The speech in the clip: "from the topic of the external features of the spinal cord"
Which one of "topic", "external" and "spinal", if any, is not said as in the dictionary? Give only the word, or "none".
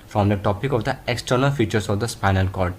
none